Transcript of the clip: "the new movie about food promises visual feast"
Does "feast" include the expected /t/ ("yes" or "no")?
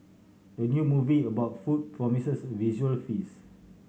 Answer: no